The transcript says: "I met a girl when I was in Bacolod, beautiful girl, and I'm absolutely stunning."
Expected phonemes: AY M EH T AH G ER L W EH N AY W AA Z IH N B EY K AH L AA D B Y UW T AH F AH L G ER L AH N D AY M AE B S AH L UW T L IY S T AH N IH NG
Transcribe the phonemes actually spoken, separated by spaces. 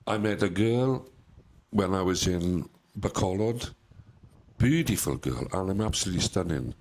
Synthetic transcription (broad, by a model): AY M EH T AH G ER L W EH N AY W AA Z IH N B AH K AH L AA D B Y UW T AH F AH L G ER L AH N AY M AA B S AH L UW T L IY S T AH N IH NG